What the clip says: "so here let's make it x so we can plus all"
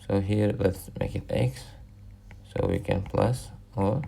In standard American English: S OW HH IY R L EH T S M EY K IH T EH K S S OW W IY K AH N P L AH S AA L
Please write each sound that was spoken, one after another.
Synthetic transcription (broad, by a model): S OW HH IY R W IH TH M EY K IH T EH K S S OW W IY K AH N P L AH S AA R